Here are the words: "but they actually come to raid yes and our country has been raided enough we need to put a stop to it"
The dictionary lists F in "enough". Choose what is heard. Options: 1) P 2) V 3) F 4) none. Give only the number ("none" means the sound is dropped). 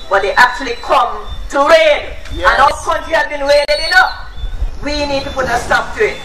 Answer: 1